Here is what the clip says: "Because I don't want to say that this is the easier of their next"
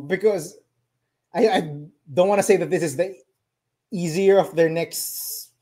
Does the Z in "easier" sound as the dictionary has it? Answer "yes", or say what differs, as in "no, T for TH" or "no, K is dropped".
yes